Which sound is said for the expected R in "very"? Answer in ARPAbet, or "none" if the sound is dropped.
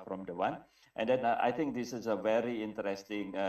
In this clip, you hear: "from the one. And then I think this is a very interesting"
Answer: R